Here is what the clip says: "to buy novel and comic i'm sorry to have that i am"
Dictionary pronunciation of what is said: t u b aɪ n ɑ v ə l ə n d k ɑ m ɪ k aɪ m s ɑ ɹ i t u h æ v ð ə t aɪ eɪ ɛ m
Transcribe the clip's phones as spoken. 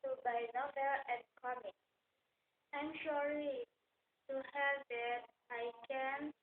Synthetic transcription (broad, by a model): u b aɪ n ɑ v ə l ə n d k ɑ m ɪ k aɪ m ʃ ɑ l i t u h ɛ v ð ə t aɪ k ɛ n